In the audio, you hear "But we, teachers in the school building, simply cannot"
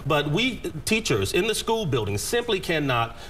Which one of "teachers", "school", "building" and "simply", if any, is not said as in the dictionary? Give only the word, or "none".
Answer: none